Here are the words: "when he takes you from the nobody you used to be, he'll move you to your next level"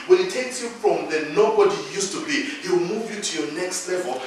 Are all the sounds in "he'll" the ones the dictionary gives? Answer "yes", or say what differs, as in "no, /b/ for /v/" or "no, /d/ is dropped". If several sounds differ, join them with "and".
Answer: no, /w/ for /l/